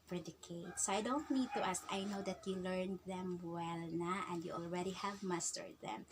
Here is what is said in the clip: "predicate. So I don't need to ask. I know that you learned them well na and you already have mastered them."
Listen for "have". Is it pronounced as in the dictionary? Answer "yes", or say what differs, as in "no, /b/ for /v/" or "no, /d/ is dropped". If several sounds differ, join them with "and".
yes